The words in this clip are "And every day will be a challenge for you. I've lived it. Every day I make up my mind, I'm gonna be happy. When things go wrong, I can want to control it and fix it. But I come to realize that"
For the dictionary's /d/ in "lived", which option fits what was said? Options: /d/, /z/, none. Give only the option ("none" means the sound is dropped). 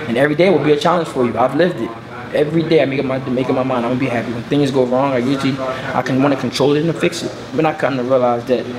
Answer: /d/